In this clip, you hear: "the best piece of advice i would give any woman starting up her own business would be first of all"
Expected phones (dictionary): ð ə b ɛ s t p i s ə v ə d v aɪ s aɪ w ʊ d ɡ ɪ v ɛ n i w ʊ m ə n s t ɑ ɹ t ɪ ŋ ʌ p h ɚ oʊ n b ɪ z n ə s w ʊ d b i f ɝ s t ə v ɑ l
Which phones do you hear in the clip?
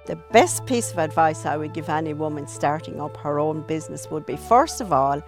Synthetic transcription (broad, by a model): ð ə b ɛ s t p i s ə v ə d v aɪ s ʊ w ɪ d ɡ ɪ v ɛ n i w ʊ m ə n s t ɑ ɹ t ɪ ŋ ʌ p h ɚ oʊ n b ɪ z n ə s w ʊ d b i f ɝ s t ə v ɑ l